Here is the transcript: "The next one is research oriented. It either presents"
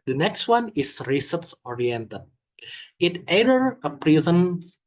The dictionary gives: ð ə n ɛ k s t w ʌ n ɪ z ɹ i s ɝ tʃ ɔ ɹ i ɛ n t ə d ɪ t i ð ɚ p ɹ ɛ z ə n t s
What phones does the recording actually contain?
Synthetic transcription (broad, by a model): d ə n ɛ k s t w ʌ n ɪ s ɹ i s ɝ s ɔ ɹ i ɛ n t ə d ɪ t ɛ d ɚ p ɹ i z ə n